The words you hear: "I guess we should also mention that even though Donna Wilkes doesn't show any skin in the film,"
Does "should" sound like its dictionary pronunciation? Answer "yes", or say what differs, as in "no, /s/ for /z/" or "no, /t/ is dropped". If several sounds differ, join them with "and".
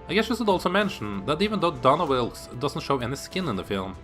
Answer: no, /s/ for /ʃ/